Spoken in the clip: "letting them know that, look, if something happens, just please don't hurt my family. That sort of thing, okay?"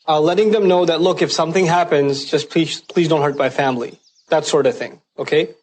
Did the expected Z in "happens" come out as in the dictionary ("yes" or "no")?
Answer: yes